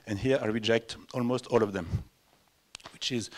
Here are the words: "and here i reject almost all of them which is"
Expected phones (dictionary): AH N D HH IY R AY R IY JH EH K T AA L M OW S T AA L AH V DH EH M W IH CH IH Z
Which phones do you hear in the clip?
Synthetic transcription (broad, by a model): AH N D HH IY R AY R IY JH EH K T AA L M OW S T AA L AH V DH EH M W IH CH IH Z